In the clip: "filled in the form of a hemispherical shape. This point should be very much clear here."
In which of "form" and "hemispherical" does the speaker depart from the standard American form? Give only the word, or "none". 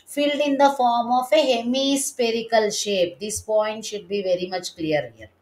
hemispherical